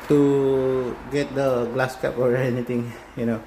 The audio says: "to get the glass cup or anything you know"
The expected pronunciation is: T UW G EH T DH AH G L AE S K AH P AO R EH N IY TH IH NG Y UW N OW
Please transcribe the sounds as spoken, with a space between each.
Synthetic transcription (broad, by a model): T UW G EH T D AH G L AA S K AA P AO R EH N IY T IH NG Y UW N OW